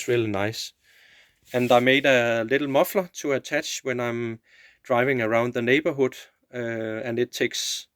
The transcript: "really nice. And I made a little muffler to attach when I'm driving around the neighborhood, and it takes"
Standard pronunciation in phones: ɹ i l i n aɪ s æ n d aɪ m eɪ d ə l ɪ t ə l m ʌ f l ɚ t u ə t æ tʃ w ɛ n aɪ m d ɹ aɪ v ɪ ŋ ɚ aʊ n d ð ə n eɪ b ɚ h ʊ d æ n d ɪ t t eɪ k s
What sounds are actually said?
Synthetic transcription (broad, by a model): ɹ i l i n aɪ s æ n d aɪ m eɪ d ə l ɪ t l m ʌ f l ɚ s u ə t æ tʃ w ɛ n aɪ m d ɹ aɪ v ɪ ŋ ɚ aʊ n d ð ə n eɪ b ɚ h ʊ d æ n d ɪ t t eɪ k s